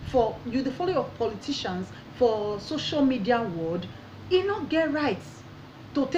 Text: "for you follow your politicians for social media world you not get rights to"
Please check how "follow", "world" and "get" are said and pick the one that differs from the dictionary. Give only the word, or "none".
world